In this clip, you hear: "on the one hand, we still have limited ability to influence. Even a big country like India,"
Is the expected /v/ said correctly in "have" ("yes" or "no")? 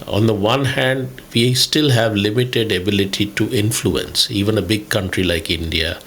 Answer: yes